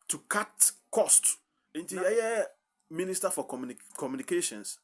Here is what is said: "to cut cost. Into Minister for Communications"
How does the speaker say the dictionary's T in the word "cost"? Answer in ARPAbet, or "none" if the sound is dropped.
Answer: T